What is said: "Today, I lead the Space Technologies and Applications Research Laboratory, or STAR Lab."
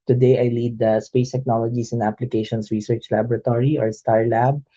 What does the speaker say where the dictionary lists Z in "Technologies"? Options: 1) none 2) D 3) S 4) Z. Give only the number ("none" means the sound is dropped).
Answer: 3